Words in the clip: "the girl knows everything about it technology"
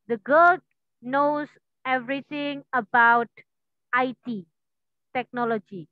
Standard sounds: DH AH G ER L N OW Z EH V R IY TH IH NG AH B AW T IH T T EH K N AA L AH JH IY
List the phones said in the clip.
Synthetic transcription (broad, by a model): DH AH G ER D N OW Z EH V R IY T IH NG AH B AW T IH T T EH K N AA L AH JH IY